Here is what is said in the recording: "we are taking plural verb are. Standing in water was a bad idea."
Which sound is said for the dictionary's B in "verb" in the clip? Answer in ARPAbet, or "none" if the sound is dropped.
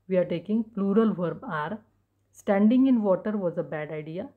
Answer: B